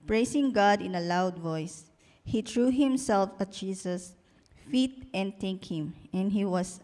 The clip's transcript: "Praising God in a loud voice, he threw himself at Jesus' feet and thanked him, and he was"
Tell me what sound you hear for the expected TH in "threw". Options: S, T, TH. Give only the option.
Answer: T